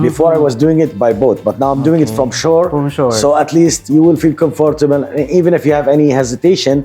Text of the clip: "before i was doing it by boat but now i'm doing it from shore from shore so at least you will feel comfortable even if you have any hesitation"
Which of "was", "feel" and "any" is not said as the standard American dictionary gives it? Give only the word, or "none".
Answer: none